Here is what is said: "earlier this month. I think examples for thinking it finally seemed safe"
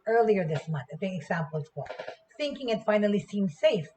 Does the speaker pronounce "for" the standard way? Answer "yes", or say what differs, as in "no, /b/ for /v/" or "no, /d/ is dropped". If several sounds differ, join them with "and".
no, /l/ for /ɹ/